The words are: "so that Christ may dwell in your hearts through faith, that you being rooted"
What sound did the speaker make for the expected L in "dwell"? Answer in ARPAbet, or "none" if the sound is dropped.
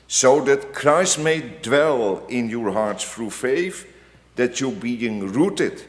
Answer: L